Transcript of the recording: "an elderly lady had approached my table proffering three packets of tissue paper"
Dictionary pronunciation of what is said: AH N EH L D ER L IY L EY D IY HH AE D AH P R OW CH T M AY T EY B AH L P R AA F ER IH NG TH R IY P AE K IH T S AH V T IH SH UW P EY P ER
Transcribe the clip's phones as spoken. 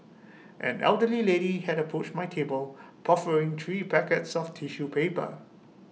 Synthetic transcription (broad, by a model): AH N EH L D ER L IY L EY D IY HH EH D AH P R OW CH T M AY T EY B AH L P AA F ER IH NG T R IY P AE K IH T S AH F T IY SH UW P EY P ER